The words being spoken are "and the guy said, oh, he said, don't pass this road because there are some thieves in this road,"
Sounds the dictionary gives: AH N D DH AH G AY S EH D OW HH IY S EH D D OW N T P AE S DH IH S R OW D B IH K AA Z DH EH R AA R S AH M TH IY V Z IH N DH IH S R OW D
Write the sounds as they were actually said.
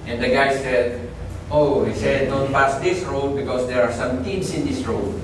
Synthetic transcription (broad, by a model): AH N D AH G AY S EH D OW HH IY S EH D D OW N T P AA S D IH S R OW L B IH K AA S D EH R AA R S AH M T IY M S IH N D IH S R OW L